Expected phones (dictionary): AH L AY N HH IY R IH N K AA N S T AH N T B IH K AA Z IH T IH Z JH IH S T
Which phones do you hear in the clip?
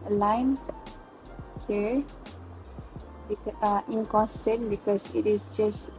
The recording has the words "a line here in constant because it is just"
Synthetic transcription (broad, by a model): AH L AY N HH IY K IH N K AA N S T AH N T B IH K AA S IH T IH S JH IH S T